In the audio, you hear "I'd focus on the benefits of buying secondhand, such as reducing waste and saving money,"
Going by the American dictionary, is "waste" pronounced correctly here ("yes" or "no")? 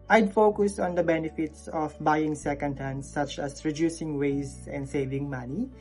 no